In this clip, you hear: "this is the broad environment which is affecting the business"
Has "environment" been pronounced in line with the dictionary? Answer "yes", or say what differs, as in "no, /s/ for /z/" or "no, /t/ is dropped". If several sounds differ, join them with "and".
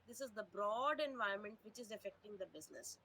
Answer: no, /ɹ/ is dropped